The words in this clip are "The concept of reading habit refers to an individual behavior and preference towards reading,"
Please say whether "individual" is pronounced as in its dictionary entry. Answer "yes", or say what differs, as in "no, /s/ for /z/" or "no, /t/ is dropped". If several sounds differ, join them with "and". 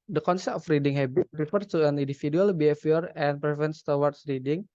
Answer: no, /f/ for /v/